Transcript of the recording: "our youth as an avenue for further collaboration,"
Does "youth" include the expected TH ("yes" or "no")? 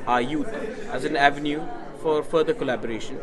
no